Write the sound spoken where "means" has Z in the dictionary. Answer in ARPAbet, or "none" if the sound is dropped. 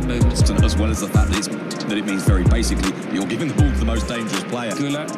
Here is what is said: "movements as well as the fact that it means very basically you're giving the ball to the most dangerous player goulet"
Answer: Z